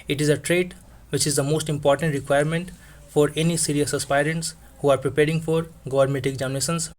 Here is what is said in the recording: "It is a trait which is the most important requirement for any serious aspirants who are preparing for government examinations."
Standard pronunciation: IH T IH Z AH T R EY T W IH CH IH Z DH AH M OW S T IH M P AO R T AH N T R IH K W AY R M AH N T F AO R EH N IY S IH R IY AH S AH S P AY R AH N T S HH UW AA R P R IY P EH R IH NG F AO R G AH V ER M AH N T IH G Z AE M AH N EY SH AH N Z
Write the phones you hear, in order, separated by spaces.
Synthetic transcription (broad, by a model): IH T IH Z AH T R EY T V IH CH IH Z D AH M OW S T IH M P AO R T AH N T R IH K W AY R M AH N T F AO R EH N IY S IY R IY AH S AH S P AY R AH N T S HH UW AA R P R IY P EH R IH NG F AO R G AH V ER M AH T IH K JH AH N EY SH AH N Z